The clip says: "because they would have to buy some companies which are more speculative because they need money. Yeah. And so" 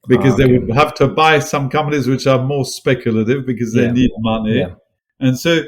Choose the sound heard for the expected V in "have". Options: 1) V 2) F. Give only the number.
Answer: 2